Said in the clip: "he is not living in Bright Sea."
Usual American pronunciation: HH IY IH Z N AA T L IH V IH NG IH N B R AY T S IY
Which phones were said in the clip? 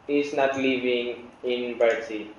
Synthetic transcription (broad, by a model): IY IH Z N AA T L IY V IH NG IH N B AY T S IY